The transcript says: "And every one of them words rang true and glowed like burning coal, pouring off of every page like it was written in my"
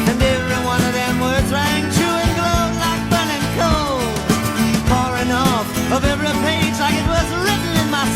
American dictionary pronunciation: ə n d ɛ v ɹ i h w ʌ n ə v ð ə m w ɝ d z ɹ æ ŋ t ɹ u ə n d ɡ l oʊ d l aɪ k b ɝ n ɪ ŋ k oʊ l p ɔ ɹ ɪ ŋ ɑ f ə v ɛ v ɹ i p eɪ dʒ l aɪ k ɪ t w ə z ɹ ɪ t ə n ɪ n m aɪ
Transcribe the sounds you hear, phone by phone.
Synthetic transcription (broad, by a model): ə n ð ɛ ɹ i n w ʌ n ə v ð ə m w ɝ d z ɹ æ ŋ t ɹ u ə n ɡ l oʊ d l aɪ k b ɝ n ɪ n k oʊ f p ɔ ɹ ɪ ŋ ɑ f ə v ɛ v ɹ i p eɪ dʒ l aɪ k ɪ t w ə z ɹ ɪ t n ɪ n m aɪ